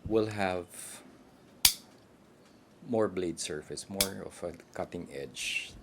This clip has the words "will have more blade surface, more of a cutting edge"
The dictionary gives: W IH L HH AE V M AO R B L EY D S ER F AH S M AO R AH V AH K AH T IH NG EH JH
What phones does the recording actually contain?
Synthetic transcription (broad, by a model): W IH L HH AE V M AO R B L EY D S ER F AH S M AO R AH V AH K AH T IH NG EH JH